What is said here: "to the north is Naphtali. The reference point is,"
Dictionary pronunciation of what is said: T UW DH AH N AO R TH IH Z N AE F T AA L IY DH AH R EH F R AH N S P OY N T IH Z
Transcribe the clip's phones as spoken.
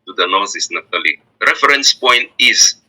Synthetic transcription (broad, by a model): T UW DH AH N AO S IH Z N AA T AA L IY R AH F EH R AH N S P OY N T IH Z